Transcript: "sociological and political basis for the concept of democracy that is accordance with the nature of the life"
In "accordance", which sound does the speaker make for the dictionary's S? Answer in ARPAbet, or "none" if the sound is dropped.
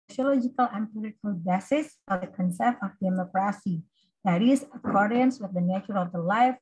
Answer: S